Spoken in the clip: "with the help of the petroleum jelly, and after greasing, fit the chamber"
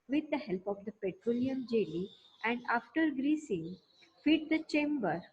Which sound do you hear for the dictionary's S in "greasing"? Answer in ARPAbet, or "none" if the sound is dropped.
S